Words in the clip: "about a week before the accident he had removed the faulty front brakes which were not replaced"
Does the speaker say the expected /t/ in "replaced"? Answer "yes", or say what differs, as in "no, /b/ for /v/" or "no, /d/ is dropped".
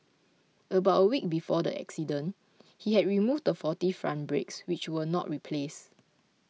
no, /t/ is dropped